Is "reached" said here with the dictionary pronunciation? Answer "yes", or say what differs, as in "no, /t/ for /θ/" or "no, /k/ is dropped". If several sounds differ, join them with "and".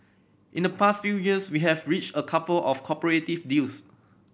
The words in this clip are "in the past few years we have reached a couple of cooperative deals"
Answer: yes